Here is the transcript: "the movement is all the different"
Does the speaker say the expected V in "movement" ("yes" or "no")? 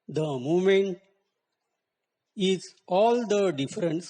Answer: no